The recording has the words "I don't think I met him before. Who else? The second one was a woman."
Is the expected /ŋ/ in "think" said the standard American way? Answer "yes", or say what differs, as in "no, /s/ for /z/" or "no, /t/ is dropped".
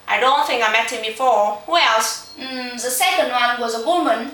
yes